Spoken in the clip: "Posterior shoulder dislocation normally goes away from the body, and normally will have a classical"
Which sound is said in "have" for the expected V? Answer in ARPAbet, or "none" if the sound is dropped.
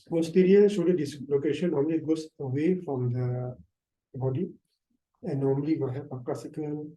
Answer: P